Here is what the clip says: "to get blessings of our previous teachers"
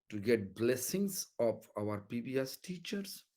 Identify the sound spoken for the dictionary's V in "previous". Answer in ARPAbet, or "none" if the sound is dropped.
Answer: B